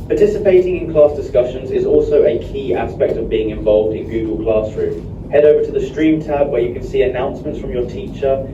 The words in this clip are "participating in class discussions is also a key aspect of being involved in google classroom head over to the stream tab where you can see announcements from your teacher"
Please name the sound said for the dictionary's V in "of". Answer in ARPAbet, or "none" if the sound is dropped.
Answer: V